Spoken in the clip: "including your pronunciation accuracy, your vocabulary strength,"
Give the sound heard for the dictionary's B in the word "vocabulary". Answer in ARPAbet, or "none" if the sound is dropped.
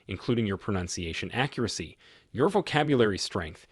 B